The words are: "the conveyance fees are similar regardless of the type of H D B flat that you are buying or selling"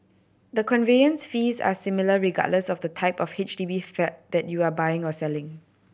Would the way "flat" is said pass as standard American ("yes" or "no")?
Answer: no